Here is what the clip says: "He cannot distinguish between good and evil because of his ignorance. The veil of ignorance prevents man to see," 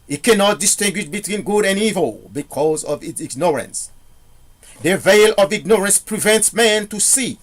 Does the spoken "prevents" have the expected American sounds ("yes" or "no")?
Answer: yes